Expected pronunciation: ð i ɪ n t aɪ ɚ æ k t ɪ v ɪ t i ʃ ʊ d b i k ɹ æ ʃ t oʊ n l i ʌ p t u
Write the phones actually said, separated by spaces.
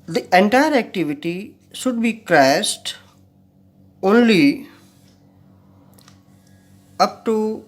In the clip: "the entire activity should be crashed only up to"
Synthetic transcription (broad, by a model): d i ɪ n t aɪ ɚ æ k t ɪ v ɪ t i ʃ ʊ d b i k ɹ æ s t oʊ n l i ʌ p t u